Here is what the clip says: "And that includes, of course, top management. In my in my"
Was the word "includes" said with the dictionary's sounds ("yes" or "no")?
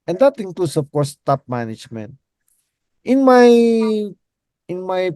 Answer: no